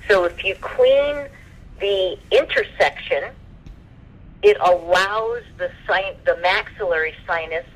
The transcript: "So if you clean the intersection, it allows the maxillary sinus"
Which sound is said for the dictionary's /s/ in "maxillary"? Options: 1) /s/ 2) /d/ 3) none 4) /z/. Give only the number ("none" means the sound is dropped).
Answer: 1